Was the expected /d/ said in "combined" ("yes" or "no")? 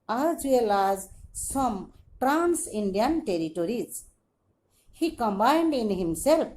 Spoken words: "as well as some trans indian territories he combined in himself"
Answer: yes